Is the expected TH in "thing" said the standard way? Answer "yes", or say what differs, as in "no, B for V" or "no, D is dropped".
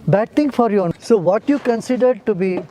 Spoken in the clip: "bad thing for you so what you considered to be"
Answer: no, T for TH